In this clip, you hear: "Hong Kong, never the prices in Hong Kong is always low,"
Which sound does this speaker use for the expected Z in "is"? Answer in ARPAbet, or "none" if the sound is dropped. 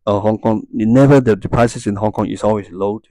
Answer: S